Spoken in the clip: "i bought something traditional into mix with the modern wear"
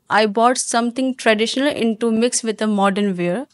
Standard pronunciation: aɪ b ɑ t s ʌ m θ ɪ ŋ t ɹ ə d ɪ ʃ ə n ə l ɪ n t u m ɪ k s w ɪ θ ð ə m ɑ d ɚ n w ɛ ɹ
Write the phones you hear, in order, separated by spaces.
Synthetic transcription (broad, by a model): aɪ b ɑ t s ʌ m t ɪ ŋ t ɹ ə d ɪ ʃ ə n ə l ɪ n t u m ɪ k s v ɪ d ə m ɑ d ɚ n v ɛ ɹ